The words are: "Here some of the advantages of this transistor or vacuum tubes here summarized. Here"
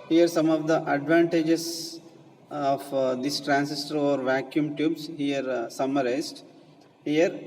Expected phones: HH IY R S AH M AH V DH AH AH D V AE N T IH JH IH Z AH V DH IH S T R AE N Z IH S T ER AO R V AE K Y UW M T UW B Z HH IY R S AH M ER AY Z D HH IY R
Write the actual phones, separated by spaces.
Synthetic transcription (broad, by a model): HH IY R S AH M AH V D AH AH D V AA N T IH JH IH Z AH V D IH S T R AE N S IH S T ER AO R V AE K Y UW M T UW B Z HH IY R S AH M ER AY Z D HH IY R